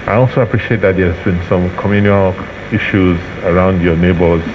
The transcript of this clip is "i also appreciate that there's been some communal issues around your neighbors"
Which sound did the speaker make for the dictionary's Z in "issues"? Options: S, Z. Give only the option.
Z